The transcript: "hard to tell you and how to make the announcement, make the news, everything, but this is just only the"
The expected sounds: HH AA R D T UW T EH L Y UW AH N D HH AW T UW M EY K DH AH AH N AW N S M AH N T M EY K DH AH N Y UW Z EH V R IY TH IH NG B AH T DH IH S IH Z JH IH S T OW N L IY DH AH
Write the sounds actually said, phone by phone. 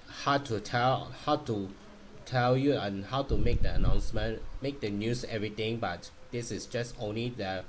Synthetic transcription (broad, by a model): HH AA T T T UW T EH L Y UW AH N HH AW T UW M EY K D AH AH N AW N S M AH N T M EY K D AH N Y UW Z EH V R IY T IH NG B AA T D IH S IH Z JH IH S T OW N L IY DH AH